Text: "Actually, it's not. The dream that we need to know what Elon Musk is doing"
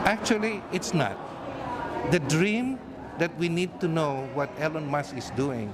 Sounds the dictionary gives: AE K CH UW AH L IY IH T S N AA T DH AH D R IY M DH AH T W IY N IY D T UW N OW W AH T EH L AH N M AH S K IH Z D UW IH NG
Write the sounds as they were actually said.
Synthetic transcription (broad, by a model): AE K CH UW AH L IY IH T S N AA T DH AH D R IY M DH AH T W IY N IY D T UW N OW W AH T EH L AH N M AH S IH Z D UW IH NG